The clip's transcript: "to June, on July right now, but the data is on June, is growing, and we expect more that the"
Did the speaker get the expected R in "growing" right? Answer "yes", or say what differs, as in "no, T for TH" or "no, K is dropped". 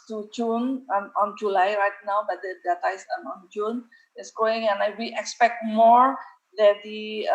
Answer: no, R is dropped